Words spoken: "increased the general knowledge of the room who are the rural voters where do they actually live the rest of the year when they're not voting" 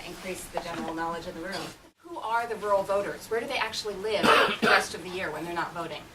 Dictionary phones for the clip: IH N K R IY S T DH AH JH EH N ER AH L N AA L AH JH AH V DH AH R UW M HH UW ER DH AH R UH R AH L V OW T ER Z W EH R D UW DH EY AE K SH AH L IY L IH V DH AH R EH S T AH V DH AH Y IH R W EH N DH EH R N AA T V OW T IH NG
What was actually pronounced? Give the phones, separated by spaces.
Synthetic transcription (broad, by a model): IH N K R IY S DH AH JH EH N ER L N AA L AH JH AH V DH AH R UW M HH UW ER DH AH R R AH L V OW T ER Z W EH R D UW DH EY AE K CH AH L IY L IH V DH AH R EH S T AH V DH AH Y IH R W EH N DH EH R N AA T V OW T IH NG